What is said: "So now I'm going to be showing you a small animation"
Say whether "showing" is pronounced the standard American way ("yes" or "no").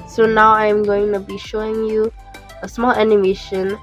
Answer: yes